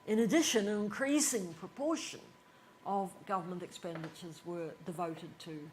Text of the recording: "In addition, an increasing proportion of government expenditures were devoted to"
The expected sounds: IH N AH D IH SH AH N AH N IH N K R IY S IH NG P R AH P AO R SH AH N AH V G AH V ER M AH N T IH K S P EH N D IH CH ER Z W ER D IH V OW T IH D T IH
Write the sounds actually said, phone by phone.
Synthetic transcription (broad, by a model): IH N AH D IH SH AH N AH N IH N K R IY S IH NG P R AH P AO R SH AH N AH V G AH V ER M AH N T IH K S P EH N D IH CH ER Z W ER D IH V OW T IH D T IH